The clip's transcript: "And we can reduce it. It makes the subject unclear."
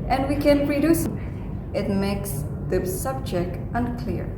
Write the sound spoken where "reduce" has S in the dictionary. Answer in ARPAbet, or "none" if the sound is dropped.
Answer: S